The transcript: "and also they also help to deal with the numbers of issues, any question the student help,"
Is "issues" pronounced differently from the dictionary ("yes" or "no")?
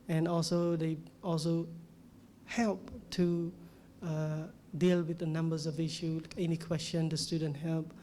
yes